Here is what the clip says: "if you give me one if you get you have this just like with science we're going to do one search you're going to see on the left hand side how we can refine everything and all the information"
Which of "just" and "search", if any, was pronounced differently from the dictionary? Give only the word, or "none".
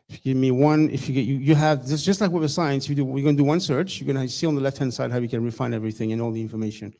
none